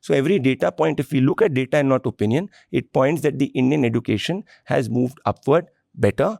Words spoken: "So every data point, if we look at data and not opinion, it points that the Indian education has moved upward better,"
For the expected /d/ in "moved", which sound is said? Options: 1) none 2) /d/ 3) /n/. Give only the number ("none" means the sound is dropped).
2